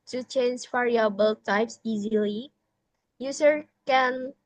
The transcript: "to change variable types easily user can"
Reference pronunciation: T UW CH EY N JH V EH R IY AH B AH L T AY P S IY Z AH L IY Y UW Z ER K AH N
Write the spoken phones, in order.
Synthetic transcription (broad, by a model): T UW CH EY N JH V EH R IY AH B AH L T AY P S IY Z AH L IY Y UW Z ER K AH N